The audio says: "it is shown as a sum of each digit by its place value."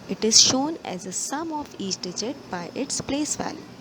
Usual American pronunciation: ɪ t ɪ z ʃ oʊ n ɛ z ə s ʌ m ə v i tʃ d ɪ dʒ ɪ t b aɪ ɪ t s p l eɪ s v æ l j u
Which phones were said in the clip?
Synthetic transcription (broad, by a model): ɪ t ɪ z ʃ oʊ n ɛ z ə s ʌ m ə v i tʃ d ɪ dʒ ɪ t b aɪ ɪ t s p l eɪ s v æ l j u